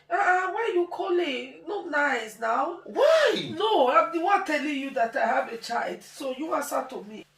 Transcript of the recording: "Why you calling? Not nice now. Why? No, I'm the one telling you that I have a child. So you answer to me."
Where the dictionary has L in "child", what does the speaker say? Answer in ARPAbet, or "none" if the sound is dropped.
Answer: L